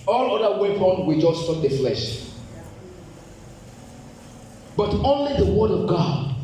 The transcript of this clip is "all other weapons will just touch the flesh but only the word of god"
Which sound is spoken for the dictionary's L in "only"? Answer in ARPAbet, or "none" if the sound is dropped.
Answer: L